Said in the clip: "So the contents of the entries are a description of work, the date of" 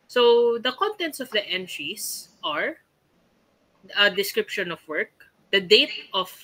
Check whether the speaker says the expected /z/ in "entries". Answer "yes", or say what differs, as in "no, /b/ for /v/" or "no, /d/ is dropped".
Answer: no, /s/ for /z/